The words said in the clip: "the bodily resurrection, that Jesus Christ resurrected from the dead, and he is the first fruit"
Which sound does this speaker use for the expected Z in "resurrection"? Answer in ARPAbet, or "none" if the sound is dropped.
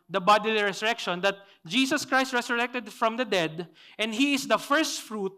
S